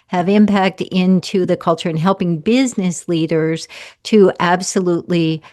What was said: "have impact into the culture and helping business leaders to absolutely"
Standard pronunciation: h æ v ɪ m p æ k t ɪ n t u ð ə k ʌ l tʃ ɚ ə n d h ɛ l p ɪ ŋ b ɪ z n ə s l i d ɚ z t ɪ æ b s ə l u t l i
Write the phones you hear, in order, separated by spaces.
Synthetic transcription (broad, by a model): h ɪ v ɪ m p æ k t ɪ n t u ð ə k ʌ l tʃ ɚ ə n h ɛ l p ɪ ŋ b ɪ z n ə s l i d ɚ z t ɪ æ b s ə l u t l i